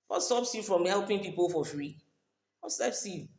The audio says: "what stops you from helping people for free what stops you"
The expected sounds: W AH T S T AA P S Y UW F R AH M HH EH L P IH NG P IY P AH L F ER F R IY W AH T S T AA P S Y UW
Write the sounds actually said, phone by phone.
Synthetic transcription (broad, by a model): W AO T S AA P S Y UW F R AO M HH EH L P IH NG P IY P AH L F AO F R IY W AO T S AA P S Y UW